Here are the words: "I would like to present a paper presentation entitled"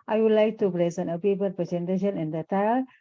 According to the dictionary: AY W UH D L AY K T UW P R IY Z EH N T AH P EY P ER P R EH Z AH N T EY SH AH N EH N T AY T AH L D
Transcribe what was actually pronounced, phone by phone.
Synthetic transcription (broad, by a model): AY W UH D L AY K T UW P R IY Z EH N AH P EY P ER P R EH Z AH N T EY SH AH N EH N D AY T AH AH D